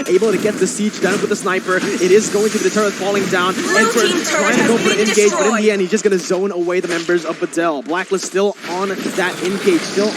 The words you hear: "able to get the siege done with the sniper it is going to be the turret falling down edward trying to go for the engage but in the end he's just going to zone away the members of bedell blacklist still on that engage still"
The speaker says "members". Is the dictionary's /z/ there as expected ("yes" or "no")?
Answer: yes